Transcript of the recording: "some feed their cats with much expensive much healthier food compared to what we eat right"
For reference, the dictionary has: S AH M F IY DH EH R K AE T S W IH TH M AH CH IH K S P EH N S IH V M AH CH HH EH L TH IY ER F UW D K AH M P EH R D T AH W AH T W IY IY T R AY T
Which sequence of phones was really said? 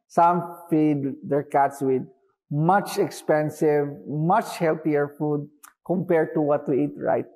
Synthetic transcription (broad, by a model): S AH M F IY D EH R K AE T S W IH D M AH CH IH K S P EH N S IH V M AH CH HH EH L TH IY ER F UW D K AH M P EH R D T AH W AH T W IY IY T R AY T